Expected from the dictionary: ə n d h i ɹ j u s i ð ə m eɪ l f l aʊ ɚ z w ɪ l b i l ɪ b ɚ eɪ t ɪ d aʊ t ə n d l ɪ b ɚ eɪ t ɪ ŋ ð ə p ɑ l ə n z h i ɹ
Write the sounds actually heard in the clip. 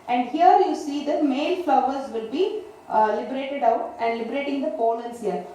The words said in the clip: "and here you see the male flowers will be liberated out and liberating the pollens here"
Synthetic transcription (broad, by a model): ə n d h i ɹ j u s i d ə m eɪ l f l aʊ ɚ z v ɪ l b i l ɪ b ɚ eɪ t ɪ d aʊ t ə n d l ɪ b ɚ eɪ t ɪ ŋ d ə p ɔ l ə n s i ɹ